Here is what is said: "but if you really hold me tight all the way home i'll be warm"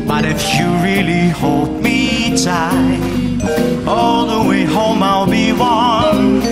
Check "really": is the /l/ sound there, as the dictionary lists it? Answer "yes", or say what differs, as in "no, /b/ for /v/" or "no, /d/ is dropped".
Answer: yes